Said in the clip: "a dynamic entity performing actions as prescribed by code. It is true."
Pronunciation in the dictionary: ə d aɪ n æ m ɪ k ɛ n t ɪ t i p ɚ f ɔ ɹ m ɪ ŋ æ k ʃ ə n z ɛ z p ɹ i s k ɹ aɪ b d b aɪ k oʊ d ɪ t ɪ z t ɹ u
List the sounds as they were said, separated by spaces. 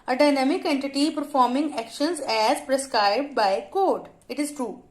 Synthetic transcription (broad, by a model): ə d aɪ n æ m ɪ k ɛ n t ɪ t i p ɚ f ɔ ɹ m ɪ ŋ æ k ʃ ə n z ɛ z p ɹ i s k ɹ aɪ b d b aɪ k oʊ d ɪ t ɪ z t ɹ u